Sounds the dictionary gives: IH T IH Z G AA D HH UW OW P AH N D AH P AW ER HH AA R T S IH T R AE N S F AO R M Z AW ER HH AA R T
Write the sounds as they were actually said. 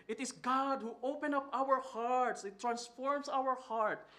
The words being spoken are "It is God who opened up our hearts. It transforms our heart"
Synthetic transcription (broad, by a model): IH T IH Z G AA D HH UW OW P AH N AH P AW ER HH AA R T S IH T R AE N S F AO R M S AW ER HH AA R T